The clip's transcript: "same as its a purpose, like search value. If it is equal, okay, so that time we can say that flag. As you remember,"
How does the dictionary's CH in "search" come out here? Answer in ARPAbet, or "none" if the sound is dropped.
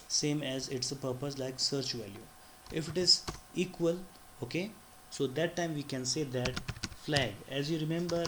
CH